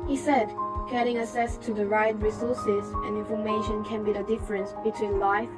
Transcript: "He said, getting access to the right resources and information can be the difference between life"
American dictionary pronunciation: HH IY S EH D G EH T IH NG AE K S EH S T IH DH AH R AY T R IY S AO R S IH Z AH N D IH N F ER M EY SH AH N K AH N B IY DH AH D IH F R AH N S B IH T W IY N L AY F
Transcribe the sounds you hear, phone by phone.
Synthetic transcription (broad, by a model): HH IY S EH D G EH T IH NG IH S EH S T IH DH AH R AY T R IY S AO R S IH Z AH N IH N F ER M EY SH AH N K AH N B IY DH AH D IH F R AH N S B IH T W IY N L AY F